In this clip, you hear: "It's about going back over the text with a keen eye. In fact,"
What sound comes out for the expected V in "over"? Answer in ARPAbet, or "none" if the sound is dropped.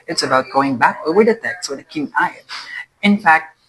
none